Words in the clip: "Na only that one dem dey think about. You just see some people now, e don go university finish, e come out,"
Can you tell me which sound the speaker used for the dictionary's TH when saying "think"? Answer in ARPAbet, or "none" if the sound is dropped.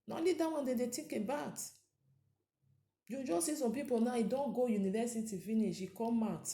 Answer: T